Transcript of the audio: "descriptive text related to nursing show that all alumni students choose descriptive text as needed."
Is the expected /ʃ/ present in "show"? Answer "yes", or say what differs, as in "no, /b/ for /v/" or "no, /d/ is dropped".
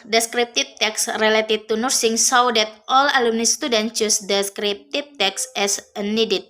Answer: no, /s/ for /ʃ/